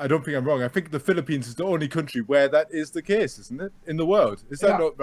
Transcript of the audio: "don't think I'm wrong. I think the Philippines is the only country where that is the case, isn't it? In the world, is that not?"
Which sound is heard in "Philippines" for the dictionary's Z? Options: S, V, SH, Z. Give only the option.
Z